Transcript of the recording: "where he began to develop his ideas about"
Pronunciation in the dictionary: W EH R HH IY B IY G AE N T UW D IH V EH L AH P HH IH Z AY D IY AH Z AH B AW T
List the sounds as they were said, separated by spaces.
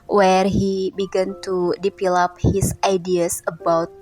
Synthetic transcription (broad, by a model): W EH R HH IY B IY G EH N T UW D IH P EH L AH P HH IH S AY D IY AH S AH B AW T